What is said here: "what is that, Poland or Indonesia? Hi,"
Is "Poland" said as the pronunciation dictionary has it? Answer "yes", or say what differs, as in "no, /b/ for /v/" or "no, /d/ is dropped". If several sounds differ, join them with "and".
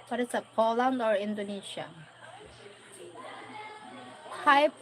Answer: yes